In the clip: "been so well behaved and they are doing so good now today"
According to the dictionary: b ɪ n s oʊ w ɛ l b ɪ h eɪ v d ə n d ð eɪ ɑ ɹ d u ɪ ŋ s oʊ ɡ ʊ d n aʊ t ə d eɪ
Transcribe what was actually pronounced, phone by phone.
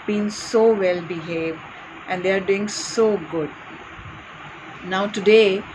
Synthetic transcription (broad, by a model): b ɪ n s oʊ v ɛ l b ɪ h eɪ v d ə n d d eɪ ɑ ɹ d u ɪ ŋ s oʊ ɡ ʊ d n aʊ t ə d eɪ